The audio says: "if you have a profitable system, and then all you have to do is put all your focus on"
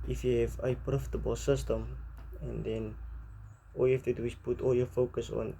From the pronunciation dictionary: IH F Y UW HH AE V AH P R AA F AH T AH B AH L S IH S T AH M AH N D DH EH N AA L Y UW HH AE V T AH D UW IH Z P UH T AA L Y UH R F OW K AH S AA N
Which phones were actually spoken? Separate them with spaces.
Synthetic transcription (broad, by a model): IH F Y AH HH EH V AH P R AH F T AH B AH S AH S T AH M AH N D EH N AA L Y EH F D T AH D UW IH S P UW T AA L Y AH F OW K AH S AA N